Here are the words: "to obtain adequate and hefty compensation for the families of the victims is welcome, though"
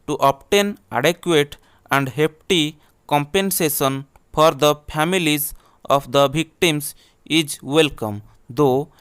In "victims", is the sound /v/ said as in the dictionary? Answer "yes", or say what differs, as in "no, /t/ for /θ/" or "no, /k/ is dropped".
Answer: no, /b/ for /v/